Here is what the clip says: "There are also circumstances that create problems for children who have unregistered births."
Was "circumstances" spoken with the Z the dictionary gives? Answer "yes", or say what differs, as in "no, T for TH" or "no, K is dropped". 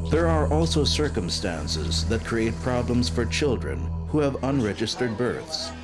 yes